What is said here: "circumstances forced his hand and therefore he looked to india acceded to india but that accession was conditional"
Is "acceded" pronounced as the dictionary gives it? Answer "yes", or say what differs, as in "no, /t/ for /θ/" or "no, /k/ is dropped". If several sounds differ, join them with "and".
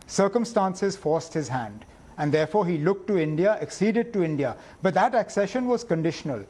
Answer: yes